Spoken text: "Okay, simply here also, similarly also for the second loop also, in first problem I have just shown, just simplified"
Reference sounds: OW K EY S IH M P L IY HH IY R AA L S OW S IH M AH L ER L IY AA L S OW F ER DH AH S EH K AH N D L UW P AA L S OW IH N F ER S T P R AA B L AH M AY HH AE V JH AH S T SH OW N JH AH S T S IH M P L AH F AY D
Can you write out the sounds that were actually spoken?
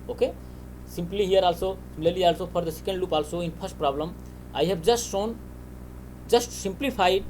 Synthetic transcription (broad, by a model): OW K EY S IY M P L IY HH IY R AA L S OW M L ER L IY AA L S OW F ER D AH S EH K AH N D L UW P AA L S OW IH N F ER S T P R AA B L AH M AY HH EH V JH AH S T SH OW N JH AH S T S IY M P L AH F AY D